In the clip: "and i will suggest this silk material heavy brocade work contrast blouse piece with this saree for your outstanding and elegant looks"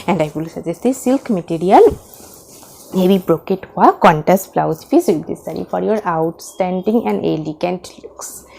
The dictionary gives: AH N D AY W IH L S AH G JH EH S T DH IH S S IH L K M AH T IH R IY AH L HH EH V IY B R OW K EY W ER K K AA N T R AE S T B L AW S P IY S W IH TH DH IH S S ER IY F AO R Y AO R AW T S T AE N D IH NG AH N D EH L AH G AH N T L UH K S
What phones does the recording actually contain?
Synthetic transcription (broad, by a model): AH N D AY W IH L S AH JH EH S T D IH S S IH L K M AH T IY R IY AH L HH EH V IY B R OW K EY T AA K K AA N T AE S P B L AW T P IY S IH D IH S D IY F AO R Y AO R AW T S T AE N D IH NG AH N D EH L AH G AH N T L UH K S